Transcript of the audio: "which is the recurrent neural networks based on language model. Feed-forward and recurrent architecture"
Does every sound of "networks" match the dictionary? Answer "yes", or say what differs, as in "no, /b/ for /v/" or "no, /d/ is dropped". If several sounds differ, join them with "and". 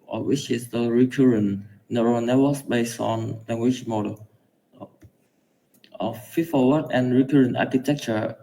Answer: no, /k/ is dropped